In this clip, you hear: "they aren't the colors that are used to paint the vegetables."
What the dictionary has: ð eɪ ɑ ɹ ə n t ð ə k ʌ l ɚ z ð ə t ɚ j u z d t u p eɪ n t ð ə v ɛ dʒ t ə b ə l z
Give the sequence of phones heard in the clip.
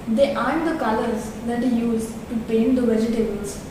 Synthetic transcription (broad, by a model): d eɪ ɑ ə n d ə k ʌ l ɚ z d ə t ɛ j u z t u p eɪ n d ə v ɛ dʒ t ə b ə l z